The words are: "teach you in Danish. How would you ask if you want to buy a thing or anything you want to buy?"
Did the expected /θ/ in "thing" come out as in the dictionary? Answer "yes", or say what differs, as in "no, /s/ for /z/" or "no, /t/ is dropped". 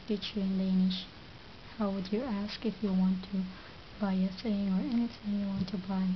no, /s/ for /θ/